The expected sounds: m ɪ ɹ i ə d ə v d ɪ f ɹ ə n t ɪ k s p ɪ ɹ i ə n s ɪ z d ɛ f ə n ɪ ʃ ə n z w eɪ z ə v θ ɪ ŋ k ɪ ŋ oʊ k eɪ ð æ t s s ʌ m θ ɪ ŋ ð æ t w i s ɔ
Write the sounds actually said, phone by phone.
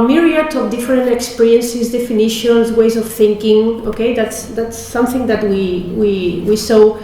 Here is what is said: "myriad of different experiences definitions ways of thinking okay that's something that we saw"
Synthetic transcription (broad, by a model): m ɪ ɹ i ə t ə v d ɪ f ɹ ə n t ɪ k s p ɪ ɹ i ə n s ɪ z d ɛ f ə n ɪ ʃ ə n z w eɪ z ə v θ ɪ ŋ k ɪ ŋ oʊ k eɪ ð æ t s s ʌ m θ ɪ ŋ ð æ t w i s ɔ